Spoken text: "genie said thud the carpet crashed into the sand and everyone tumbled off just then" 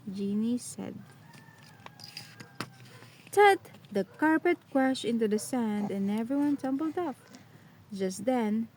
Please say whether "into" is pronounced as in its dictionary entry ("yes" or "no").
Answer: yes